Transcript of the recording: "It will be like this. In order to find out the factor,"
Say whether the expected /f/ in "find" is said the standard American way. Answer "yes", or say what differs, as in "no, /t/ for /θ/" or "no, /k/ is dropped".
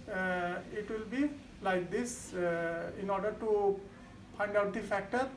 no, /p/ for /f/